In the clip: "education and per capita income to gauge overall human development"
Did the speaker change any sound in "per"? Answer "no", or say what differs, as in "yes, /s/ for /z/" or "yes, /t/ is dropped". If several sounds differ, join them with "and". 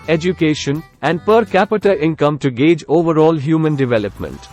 no